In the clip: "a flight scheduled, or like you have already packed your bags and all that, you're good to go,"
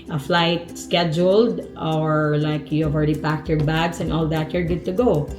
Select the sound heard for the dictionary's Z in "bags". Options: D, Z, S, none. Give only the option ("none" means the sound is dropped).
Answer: S